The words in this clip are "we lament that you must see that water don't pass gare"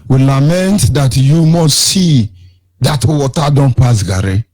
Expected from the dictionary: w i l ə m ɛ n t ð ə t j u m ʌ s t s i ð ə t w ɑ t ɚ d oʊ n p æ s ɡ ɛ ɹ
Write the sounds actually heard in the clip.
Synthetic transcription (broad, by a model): w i l ə m ɛ n t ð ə t j u m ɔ s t s i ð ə t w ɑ t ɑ d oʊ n p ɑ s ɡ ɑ ɹ